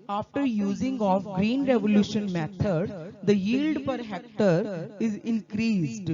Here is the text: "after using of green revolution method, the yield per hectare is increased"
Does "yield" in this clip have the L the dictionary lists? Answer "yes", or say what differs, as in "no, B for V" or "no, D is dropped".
yes